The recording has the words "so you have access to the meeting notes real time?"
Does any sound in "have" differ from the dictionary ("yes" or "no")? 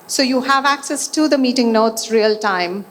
no